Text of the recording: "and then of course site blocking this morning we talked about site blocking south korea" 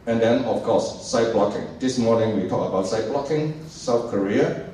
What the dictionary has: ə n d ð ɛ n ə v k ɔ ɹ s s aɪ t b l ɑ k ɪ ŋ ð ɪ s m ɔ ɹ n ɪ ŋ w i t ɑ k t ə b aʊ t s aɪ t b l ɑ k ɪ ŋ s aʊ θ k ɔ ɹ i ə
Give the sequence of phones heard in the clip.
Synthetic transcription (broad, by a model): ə n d ɛ n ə f k ɔ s s aɪ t b l ɑ k ɪ ŋ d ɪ s m ɔ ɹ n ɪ ŋ w i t ɑ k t ə b aʊ t s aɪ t b l ɑ k ɪ ŋ s aʊ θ k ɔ ɹ i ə